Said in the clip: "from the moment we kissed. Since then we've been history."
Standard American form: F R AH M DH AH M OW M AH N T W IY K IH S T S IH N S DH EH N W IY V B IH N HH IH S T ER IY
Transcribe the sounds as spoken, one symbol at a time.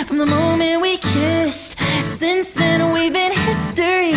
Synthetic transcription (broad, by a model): F R AH M DH AH M OW M AH N T W IY K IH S T S IH N S DH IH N W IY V B IH N HH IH S T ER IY